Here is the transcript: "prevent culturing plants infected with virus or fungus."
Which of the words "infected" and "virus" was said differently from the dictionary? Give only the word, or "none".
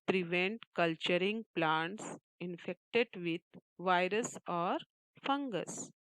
none